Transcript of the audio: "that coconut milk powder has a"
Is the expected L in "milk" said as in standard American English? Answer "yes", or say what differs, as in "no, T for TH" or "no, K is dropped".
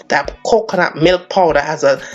yes